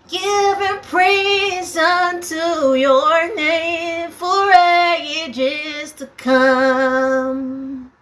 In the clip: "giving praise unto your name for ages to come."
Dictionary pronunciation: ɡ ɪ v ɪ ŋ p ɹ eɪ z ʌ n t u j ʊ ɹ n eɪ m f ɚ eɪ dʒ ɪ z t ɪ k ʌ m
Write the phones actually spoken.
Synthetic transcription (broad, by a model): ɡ ɪ v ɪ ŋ p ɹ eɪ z ʌ n t u j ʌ ɹ n eɪ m f ɚ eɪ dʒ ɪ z t ɪ k ʌ m